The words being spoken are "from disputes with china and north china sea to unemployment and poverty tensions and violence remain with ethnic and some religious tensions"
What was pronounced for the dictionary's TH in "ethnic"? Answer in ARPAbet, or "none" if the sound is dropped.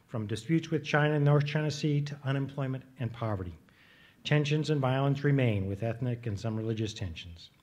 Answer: TH